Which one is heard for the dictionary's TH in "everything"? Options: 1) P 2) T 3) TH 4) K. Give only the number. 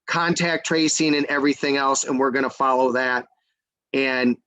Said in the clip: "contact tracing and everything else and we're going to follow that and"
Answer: 3